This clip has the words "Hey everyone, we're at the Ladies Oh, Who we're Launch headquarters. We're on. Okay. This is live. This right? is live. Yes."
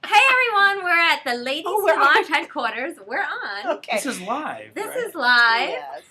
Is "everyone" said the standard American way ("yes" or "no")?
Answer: yes